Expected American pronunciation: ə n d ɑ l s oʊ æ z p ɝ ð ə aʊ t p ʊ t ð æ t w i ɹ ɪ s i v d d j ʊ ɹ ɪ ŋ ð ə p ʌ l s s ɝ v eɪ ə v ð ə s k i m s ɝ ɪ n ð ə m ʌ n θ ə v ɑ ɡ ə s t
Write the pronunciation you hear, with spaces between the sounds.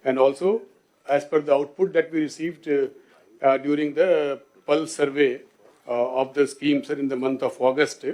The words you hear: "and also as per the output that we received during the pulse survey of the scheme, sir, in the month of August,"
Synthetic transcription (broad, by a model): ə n d ɑ l s oʊ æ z f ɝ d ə aʊ t p ʊ t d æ t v i ɹ ɪ s i v d d j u ɹ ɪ ŋ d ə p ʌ l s s ɝ v eɪ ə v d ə s k i m s ɝ ɪ n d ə m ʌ n t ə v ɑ ɡ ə s t